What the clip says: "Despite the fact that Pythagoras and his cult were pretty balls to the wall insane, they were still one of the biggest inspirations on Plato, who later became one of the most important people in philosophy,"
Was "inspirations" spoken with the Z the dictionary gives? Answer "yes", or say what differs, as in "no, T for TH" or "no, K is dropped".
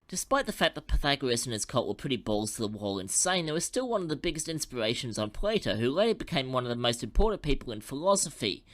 yes